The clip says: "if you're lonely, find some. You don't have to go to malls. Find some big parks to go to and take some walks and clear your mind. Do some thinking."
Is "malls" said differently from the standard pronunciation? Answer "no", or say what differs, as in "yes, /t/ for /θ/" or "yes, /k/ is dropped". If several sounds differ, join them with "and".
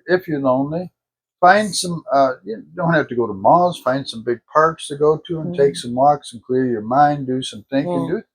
yes, /l/ is dropped